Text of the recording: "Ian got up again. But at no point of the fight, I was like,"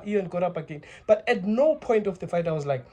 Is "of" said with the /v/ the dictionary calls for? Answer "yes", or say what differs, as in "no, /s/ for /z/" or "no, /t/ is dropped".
no, /f/ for /v/